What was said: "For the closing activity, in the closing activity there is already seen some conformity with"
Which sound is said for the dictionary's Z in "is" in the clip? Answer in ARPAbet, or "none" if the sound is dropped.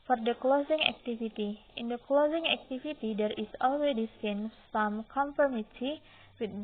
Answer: S